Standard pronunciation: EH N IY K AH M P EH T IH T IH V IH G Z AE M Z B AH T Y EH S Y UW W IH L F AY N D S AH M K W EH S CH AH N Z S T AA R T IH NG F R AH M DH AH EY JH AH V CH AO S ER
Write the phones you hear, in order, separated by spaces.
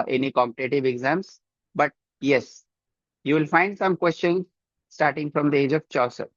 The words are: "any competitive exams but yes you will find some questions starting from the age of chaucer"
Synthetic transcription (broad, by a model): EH N IY K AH M P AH T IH T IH V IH G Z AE M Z B AH T Y EH S Y UW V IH L F AY N D S AH M K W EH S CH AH N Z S T AA R T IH NG F R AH M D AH EY JH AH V CH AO S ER